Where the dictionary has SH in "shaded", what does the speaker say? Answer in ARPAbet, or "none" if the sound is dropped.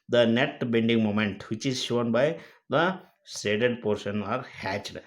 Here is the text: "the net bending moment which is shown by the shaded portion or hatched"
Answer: S